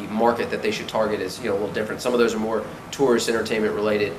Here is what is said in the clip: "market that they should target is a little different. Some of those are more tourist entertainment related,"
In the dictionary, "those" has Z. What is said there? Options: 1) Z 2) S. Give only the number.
1